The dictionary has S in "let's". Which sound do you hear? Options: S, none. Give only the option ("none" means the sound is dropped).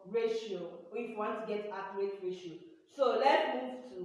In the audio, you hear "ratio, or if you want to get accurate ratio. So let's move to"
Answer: none